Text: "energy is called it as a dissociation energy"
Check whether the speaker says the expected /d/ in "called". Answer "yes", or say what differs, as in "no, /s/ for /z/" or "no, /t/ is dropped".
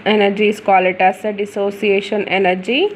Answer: no, /d/ is dropped